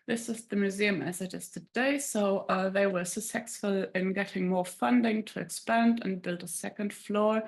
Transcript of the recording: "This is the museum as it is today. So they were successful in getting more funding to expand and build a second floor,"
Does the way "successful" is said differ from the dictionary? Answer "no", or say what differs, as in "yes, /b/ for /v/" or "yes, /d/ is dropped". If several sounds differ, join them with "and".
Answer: yes, /k/ is dropped